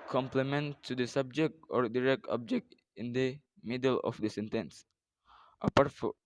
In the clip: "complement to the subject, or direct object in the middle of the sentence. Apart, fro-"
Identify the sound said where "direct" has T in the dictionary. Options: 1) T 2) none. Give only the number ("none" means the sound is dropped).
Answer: 1